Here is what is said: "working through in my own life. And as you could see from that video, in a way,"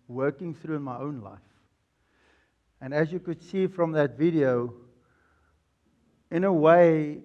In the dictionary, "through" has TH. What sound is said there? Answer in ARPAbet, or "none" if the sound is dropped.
TH